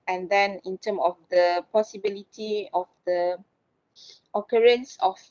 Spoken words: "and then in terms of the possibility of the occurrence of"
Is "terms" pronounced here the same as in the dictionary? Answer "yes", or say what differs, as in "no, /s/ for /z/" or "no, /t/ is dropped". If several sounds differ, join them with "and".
no, /z/ is dropped